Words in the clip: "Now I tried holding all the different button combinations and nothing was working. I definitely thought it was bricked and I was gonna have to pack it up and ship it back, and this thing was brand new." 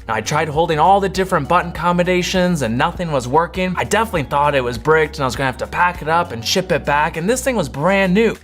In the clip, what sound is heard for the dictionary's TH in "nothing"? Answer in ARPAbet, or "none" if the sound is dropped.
TH